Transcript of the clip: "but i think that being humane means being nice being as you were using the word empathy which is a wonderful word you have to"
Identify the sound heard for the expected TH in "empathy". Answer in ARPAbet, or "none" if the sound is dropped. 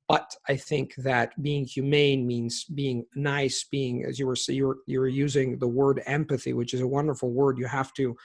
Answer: TH